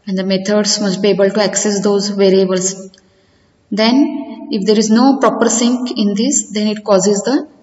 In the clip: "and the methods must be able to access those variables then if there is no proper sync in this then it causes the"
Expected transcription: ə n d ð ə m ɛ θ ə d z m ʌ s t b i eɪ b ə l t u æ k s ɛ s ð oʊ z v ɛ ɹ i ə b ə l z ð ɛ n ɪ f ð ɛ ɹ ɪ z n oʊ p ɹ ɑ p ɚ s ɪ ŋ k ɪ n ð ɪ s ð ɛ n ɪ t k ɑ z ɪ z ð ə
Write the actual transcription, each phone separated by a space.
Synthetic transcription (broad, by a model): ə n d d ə m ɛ t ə d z m ʌ s t b i eɪ b ə l t u æ k s ɛ s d oʊ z v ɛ ɹ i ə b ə l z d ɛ n ɪ f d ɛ ɹ ɪ z n oʊ p ɹ ɑ p ɚ s ɪ ŋ k ɪ n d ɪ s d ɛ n ɪ t k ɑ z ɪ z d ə